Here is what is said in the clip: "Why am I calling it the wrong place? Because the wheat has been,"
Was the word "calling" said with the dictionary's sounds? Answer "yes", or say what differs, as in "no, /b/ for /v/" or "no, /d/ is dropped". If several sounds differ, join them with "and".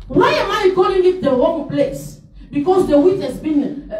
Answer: no, /l/ is dropped